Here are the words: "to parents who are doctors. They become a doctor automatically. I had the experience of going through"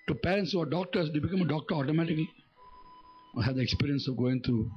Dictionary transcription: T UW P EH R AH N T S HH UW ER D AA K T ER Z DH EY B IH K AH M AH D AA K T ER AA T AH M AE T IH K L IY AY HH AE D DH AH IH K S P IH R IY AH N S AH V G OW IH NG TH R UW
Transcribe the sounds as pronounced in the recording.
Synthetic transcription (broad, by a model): T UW P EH R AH N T S HH UW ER D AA K T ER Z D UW B IH K AH M AH D AA K T ER AA T AH M AE T IH K L IY HH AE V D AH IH K S P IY R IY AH N S AH V G OW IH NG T R UW